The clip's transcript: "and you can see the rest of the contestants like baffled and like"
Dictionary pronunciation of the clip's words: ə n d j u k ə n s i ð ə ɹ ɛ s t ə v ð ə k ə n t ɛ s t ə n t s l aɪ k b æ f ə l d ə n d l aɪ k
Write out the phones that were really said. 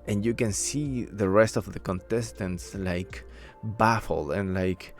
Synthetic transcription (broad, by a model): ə n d j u k ə n s i ð ə ɹ ɛ s t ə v ð ə k ə n t ɛ s t ə n t s l aɪ k b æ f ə l ə n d l aɪ k